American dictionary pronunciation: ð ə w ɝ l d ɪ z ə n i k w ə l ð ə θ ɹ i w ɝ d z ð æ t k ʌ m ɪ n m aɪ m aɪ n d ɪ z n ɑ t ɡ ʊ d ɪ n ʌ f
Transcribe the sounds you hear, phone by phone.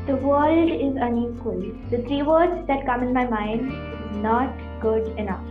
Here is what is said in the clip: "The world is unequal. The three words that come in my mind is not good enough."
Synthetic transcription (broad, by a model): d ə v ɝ l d ɪ z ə n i k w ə l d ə t ɹ i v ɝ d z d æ t k ʌ m ɪ n m aɪ m aɪ n d ɪ z n ɑ t ɡ ʊ d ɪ n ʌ f